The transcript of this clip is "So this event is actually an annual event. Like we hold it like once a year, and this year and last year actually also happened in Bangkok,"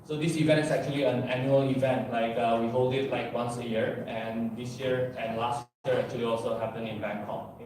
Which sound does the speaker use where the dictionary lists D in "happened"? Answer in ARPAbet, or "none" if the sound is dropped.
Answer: none